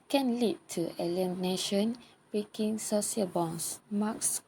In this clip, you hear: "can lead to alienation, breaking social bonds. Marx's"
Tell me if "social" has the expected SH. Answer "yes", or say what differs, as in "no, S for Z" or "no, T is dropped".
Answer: no, S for SH